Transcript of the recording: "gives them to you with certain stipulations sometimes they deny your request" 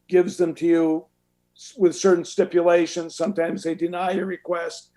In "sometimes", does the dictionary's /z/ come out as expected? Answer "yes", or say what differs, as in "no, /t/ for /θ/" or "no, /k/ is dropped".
yes